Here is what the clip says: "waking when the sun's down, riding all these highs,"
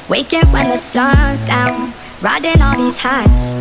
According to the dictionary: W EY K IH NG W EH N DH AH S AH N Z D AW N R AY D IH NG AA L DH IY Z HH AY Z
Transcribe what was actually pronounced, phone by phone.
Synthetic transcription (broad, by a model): W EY K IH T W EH N DH AH S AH Z D AW N R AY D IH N AA L DH IY Z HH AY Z